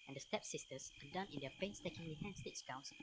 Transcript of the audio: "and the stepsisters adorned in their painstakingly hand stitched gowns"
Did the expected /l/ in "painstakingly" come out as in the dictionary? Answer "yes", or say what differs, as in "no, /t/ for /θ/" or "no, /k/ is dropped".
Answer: no, /w/ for /l/